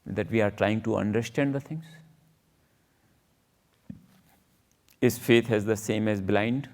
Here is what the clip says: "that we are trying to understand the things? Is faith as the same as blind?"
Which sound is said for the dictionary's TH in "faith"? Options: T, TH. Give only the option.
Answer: T